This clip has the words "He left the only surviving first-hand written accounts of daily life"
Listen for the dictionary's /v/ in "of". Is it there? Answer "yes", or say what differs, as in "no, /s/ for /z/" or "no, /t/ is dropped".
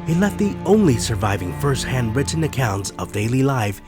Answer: yes